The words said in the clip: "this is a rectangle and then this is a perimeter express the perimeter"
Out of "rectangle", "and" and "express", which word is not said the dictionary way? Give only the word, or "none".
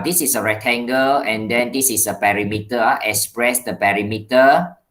rectangle